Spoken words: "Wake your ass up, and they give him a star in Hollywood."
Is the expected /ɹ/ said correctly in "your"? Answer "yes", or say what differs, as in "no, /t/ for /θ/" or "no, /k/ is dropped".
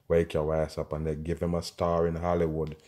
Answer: no, /w/ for /ɹ/